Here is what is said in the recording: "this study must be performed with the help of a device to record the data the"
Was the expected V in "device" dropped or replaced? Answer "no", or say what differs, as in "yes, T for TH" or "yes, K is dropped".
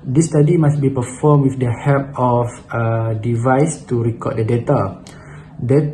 no